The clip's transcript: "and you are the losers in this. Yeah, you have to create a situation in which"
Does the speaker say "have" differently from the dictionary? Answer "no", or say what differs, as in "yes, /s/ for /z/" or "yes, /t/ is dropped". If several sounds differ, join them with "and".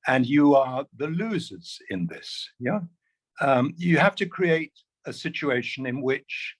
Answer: yes, /f/ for /v/